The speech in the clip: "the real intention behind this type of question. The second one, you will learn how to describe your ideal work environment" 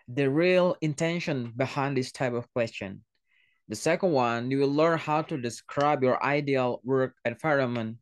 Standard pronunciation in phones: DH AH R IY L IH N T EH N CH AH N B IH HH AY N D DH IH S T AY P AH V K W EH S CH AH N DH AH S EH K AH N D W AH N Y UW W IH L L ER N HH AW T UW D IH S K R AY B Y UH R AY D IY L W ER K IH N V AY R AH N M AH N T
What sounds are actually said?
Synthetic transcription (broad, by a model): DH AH R IY L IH N T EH N SH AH N B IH HH AY N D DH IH S T AY P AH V K W EH S CH AH N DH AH S EH K AH N D W AH N Y UW W IH L L ER N HH AW T UW D IH S K R AY B Y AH R AY D IY L W ER K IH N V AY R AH M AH N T